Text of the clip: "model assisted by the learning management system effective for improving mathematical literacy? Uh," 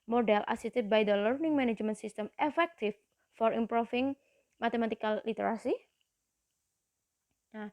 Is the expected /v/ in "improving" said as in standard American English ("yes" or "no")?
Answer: no